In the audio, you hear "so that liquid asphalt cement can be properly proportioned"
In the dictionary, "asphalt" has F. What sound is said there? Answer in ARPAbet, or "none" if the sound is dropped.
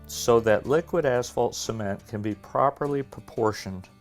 F